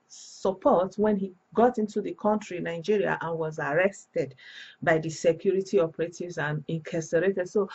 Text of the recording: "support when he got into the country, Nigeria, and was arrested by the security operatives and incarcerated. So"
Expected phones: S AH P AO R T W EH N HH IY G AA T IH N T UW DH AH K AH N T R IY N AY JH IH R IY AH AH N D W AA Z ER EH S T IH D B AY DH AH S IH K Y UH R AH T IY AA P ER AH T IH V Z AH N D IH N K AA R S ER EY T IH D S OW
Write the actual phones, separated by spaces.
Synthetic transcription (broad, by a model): S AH P AO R T W EH N HH IY G AA T IH N T UW DH AH K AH N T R IY N AY JH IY R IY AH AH N W AA Z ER EH S T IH D B AY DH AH S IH K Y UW R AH T IY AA P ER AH T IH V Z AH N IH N K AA S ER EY T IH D S OW